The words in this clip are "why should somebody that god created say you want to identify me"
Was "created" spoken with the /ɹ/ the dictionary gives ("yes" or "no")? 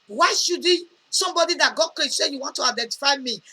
no